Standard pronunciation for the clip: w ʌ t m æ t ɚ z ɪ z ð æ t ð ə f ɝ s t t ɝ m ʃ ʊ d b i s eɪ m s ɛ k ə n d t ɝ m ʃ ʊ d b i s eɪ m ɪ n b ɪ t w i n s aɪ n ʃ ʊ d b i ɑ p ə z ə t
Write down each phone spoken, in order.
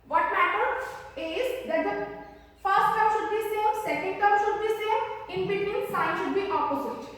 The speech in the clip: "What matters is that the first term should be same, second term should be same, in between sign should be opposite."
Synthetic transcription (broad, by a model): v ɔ t m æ t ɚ ɪ z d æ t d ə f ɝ s t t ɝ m ʃ ʊ d b i s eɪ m s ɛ k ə n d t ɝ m ʃ ʊ d b i s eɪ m ɪ n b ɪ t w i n s aɪ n ʃ ʊ d b i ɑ p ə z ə t